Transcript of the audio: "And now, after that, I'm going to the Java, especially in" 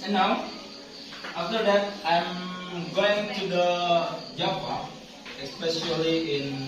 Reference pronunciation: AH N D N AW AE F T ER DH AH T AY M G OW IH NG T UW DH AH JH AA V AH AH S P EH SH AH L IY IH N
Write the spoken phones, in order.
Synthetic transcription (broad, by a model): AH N N AW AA F T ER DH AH T AY M G OW IH NG T UW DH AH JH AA P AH AH S P EH SH AH L IY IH N